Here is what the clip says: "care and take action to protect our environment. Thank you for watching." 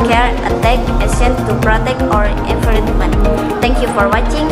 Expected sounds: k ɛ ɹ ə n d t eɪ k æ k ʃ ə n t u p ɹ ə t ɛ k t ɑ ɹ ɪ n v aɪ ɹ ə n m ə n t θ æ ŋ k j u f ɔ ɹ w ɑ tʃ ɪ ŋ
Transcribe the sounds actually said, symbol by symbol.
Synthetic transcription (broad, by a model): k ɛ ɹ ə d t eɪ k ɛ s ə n t u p ɹ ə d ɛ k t ɑ ɹ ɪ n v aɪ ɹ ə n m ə n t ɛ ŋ k j u f ɔ ɹ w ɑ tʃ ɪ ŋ